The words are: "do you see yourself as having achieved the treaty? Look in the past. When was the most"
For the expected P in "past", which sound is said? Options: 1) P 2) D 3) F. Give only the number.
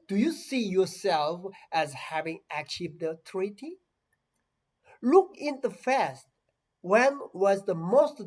3